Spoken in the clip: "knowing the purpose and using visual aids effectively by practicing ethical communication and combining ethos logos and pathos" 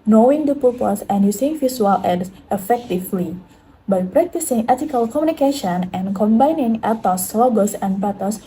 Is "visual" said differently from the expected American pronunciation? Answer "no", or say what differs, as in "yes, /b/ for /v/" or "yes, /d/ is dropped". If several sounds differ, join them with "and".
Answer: yes, /s/ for /ʒ/